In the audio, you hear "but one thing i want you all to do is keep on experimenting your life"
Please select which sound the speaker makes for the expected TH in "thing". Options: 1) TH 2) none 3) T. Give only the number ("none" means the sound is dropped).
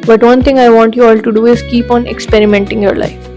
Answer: 3